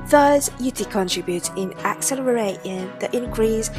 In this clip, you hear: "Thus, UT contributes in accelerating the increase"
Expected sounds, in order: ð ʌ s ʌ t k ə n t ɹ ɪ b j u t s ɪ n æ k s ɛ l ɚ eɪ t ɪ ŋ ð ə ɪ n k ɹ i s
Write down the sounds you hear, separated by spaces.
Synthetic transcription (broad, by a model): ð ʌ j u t k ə n t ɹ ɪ b j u t ɪ n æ k s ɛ l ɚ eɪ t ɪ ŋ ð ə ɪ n k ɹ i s